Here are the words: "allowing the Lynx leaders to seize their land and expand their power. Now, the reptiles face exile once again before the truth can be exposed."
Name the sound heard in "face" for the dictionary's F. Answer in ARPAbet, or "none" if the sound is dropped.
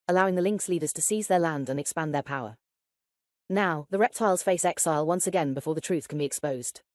F